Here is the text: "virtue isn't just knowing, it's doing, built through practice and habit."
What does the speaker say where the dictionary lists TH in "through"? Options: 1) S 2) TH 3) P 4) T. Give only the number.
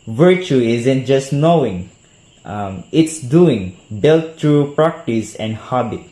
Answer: 4